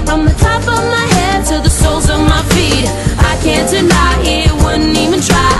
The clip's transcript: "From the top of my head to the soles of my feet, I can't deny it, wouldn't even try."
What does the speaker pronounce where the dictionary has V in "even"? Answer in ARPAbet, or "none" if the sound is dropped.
V